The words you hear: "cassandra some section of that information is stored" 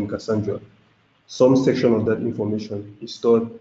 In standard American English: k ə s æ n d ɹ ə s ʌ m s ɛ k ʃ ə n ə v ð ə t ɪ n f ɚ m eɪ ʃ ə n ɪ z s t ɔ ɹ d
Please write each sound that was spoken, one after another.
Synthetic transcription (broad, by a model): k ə s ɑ n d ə s ʌ m s ɛ k ʃ ə n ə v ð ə t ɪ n f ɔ m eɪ ʃ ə n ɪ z s t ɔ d